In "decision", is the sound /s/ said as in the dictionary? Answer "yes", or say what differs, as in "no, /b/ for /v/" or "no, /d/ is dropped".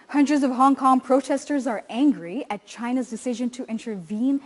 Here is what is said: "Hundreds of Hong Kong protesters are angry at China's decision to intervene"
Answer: yes